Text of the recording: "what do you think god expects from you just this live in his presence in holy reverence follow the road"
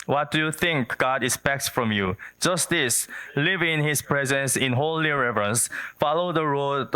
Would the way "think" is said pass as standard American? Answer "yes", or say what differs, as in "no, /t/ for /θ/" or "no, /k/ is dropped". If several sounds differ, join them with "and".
yes